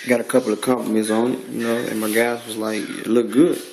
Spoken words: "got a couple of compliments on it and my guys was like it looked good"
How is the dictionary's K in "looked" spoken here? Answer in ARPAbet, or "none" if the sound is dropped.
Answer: none